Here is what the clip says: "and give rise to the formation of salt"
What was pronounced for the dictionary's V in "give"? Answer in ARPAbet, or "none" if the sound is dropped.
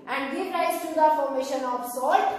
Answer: P